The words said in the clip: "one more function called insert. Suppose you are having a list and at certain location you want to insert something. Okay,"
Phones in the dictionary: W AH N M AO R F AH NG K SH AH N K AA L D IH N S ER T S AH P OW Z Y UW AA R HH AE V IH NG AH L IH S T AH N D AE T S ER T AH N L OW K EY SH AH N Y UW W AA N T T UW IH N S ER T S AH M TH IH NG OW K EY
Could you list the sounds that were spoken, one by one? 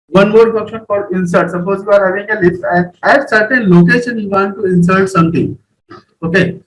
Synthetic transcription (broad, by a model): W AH N M AO R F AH K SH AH N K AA D IH N S ER T S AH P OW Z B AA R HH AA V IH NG AH L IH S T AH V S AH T T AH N L OW K EY SH AH N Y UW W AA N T T UW IH N S ER T S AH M T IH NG OW K EY